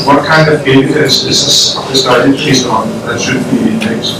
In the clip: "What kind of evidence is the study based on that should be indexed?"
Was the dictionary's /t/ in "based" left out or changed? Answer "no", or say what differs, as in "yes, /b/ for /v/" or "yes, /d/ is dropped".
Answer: yes, /t/ is dropped